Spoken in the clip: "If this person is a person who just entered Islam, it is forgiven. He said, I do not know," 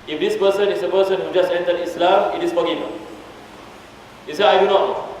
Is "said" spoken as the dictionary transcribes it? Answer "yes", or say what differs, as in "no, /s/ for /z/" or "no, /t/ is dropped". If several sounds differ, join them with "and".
no, /d/ is dropped